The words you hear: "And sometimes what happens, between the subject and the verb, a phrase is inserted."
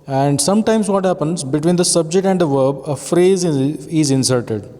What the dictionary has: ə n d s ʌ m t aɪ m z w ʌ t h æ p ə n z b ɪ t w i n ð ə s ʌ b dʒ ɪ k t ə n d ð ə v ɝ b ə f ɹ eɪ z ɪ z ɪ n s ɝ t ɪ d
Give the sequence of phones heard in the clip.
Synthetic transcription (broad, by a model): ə n d s ʌ m t aɪ m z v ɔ t h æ p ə n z b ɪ t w i n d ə s ʌ b dʒ ɪ k t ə n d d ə v ɝ b ə f ɹ eɪ z ɪ z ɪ n s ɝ t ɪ d